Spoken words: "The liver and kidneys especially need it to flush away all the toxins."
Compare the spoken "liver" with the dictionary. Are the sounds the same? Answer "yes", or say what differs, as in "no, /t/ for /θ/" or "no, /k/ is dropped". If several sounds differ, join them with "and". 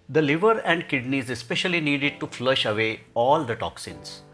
yes